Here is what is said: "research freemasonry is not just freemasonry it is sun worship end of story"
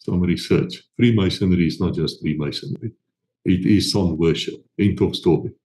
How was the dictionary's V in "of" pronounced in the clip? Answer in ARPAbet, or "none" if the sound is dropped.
P